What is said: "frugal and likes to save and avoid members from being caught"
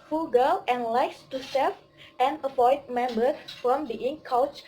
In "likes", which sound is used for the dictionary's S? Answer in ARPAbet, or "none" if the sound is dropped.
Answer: S